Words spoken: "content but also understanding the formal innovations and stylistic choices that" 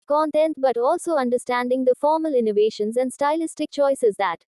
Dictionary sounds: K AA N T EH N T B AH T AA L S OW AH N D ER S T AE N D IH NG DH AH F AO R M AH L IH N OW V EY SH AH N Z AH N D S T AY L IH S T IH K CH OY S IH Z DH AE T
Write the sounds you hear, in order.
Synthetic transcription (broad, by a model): K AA N T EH N T B AH T AA L S OW AH N D ER S T AE N D IH NG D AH F AO R M AH L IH N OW V EY SH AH N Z AH N D S T AY L IH S T IH K CH OY S IH Z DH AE T